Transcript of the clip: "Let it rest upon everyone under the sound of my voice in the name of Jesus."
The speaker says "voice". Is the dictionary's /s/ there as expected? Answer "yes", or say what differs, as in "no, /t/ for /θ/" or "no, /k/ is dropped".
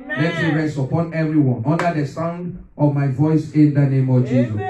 yes